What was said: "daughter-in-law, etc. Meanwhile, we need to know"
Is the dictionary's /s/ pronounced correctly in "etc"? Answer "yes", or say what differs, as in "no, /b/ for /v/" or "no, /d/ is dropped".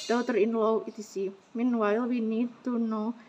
no, /s/ is dropped